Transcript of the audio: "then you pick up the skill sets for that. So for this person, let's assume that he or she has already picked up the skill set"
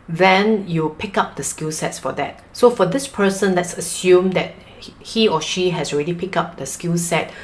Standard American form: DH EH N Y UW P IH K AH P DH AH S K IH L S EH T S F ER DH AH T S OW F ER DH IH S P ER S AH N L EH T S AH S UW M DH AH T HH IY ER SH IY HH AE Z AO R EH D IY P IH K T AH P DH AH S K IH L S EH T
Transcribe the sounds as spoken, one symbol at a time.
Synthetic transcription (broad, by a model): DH EH N Y UW P IH K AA P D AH S K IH L S EH T S F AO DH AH T S OW F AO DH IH S P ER S AH N L EH T S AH S UW M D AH T HH IY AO SH IY HH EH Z AO R EH D IY P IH K AA P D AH S K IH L S EH T